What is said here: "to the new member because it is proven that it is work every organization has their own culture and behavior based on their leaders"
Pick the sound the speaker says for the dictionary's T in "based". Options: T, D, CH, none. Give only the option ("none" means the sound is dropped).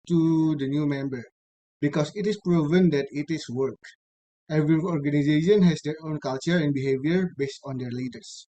T